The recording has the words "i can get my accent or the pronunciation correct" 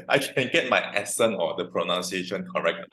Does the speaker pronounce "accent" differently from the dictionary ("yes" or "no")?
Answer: yes